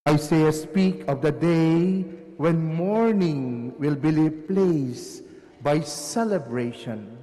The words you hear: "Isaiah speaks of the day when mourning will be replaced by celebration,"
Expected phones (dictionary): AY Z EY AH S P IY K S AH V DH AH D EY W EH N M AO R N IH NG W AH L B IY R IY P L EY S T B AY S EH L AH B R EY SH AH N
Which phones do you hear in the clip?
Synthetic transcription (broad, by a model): AY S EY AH S P IY K AH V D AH D EY W EH N M AO R N IH NG W AH L B IY L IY P L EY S B AY S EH L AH B R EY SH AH N